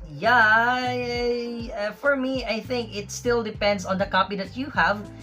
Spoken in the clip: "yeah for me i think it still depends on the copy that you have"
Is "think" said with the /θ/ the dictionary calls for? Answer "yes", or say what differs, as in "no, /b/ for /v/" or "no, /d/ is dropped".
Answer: yes